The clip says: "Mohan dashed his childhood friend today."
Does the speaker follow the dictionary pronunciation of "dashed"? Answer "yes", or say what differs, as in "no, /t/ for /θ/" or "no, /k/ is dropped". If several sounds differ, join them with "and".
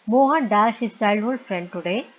no, /ʃ/ is dropped